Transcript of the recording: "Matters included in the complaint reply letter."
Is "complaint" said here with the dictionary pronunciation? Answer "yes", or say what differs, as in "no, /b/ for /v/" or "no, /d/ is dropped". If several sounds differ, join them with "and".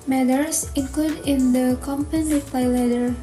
no, /l/ is dropped